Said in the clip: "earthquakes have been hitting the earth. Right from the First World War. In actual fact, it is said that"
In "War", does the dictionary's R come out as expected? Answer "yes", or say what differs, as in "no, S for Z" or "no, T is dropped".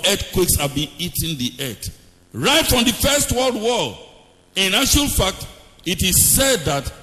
no, L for R